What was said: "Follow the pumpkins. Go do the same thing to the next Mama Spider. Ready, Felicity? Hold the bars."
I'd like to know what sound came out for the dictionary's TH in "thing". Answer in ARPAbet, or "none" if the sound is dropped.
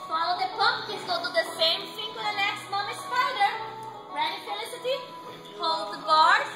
S